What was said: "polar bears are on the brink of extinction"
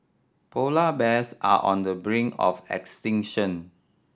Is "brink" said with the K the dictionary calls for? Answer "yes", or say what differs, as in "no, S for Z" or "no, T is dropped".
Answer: no, K is dropped